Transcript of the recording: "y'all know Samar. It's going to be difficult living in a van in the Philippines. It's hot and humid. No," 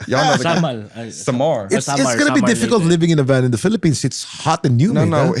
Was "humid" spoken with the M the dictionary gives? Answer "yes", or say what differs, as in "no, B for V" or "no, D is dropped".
no, M is dropped